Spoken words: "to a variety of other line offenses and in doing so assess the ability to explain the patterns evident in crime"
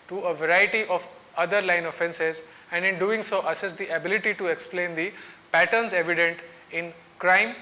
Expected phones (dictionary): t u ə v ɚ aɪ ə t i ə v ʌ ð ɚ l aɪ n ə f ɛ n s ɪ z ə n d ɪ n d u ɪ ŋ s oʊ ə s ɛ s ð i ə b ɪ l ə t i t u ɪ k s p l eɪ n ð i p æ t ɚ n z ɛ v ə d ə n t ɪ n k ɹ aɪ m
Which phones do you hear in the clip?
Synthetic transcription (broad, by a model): t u ə v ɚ aɪ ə t i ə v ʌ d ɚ l aɪ n ə f ɛ n s ɪ z ə n d ɪ n d u ɪ ŋ s oʊ ə s ɛ s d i ə b ɪ l ə t i t u ɪ k s p l eɪ n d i p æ t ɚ n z ɛ v ə d ə n t ɪ n k ɹ aɪ m